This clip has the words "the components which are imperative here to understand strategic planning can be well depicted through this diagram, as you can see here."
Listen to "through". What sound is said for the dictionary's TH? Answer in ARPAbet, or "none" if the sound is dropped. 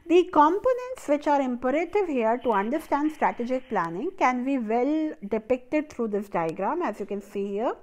T